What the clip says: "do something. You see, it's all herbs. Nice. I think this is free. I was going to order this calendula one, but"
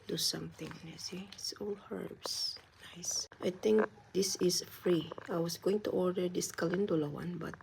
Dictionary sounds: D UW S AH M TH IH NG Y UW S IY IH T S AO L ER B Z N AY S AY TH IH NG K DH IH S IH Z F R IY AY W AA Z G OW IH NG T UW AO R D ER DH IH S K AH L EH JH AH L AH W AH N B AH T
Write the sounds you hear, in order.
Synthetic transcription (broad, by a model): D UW S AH M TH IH NG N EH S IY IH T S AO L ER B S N AY S AY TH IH NG K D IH S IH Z F R IY AY W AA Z G OW IH NG T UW AO R D ER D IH S K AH L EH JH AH L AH W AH N B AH T